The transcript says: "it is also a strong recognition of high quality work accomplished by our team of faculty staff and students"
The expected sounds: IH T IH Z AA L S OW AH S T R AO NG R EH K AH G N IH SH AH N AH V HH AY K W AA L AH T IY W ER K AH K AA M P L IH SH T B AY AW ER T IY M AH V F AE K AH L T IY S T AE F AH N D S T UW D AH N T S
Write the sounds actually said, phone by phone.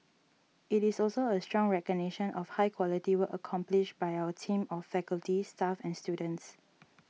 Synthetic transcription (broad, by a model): IH T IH S AA L S OW AH S T R AO NG R EH K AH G N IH SH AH N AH F HH AY K W AA L AH T IY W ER AH K AA M P L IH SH B AY AW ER T IY M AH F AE K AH L T IY S T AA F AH N S T UW D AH N T S